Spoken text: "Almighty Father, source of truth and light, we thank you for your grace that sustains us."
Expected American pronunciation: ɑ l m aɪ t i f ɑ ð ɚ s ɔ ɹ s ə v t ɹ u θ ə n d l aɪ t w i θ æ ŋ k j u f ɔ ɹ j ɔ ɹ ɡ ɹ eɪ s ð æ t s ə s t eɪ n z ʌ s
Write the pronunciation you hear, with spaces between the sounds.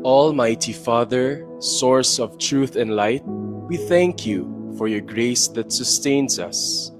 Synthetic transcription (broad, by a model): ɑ l m aɪ t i f ɑ ð ɚ s ɔ ɹ s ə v t ɹ u θ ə n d l aɪ t w i θ æ ŋ k j u f ɔ ɹ j ɔ ɹ ɡ ɹ eɪ s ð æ t s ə s t eɪ n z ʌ s